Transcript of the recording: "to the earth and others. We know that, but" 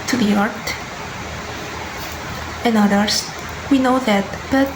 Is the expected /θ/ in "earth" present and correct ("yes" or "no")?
no